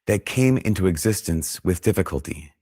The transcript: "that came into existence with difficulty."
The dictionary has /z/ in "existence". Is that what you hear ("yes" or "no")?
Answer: yes